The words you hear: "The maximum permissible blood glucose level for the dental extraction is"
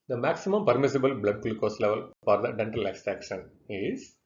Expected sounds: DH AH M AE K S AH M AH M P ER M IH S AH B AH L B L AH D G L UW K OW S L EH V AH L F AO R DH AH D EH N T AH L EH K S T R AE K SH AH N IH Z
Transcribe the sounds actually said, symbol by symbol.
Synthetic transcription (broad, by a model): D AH M AE K S AH M AH M P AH M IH S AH B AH L B L AH D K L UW K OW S L EH V AH L F AO R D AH D EH N T AH L EH K S T R AE K SH AH N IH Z